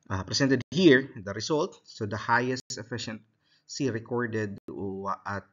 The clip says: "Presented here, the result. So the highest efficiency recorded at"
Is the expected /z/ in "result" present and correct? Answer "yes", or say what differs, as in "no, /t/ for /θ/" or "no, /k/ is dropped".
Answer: no, /s/ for /z/